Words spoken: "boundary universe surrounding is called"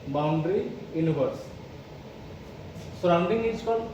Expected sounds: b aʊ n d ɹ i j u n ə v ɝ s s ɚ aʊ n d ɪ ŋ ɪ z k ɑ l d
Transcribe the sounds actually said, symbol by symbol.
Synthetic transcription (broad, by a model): b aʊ n d ɹ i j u n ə b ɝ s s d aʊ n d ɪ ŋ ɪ s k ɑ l